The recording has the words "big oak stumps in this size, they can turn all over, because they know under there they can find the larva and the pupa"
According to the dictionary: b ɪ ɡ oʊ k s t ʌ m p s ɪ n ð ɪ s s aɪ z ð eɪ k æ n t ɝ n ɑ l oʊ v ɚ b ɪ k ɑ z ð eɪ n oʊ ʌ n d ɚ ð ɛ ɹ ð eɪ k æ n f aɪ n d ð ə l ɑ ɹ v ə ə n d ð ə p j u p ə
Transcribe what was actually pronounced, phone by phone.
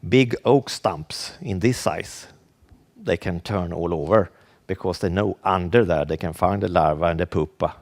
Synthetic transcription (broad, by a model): b ɪ ɡ oʊ k s t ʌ m p s ɪ n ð ɪ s s aɪ s ð eɪ k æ n t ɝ n ɑ l oʊ v ɚ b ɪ k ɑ s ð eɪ n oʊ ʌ n d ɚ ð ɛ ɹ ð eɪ k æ n f aɪ n d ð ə l ɑ ɹ v ə ə n d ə p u p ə